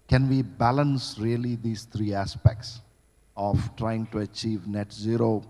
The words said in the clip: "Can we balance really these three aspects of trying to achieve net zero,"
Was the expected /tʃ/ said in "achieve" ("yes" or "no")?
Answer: yes